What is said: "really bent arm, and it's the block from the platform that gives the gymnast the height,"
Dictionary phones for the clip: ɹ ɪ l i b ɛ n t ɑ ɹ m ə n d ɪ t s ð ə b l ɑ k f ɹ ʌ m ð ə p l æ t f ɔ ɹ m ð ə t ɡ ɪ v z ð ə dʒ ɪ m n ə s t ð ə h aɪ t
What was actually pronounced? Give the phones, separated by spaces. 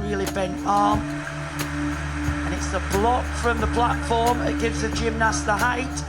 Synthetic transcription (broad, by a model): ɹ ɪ l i b ɛ n t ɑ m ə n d ɪ t s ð ə b l ɑ k f ɹ ʌ m ð ə p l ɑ t f ɔ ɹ m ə t ɡ ɪ v z ð ə dʒ ɪ m n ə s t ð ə h aɪ t